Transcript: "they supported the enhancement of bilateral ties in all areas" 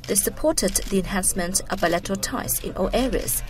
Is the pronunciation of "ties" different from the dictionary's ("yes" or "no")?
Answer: yes